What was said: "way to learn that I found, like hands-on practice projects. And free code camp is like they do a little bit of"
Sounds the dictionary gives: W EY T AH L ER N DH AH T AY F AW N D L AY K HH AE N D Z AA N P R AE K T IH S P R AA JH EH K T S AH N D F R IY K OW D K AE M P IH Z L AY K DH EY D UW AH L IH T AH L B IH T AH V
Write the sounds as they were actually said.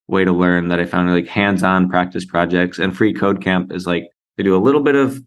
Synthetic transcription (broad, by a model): W EY T AH L ER N DH AH T AY F AW N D L AY K HH AE N D Z N P R AE K T IH S P R AA JH EH K T S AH N F R IY K OW D K AE M P IH Z L AY K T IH D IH AH L IH T L B IH T AH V